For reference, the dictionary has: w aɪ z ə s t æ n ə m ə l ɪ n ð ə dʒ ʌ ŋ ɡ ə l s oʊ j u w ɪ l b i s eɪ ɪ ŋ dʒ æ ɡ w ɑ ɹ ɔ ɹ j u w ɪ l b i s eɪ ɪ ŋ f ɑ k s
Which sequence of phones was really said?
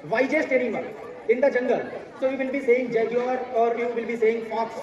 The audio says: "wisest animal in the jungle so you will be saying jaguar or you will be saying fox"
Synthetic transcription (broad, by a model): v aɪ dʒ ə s t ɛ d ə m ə n ɪ n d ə dʒ ʌ ŋ ɡ ə l s oʊ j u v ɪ l b i s eɪ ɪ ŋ dʒ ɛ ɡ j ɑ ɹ ɔ ɹ j u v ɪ l b i s eɪ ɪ ŋ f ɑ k s